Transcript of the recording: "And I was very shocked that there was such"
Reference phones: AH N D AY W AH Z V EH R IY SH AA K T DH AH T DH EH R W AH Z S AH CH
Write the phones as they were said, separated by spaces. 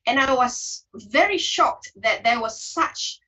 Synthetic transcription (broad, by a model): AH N AY W AH Z V EH R IY SH AA K T DH AH T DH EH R W AH Z S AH CH